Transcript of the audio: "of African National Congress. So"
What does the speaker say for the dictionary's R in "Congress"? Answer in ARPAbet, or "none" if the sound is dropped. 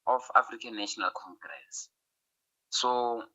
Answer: R